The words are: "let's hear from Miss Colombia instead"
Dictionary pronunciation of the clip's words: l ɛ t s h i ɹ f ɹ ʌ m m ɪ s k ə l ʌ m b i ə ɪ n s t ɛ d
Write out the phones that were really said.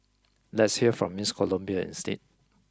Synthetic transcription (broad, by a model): l ɛ t s h i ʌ f ɹ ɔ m m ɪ s k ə l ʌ m b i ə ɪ n s t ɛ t